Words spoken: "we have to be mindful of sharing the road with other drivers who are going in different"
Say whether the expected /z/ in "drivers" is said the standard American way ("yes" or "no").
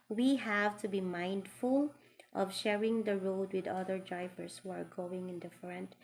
no